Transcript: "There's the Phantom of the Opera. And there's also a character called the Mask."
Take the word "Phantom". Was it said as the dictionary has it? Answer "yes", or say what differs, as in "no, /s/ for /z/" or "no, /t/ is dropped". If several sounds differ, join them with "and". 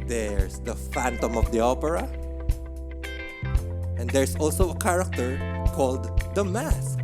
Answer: yes